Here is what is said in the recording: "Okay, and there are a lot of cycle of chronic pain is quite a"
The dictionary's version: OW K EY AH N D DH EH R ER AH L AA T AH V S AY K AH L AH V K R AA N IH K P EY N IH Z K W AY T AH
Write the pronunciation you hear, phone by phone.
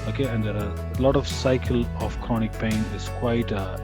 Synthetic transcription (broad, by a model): OW K EY AH N D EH R AH L AA T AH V S AY K AH L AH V K AA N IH K P EY N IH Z K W AY T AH